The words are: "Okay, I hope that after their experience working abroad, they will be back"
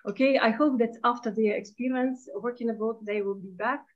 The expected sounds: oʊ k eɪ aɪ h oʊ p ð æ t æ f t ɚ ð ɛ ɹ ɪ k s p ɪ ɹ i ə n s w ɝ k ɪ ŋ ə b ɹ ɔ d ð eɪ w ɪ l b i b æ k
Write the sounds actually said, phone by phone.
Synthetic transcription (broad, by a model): oʊ k eɪ aɪ h oʊ p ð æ t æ f t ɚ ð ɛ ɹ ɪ k s p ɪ ɹ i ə n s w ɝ k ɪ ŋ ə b ɔ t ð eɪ w ɪ l b i b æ k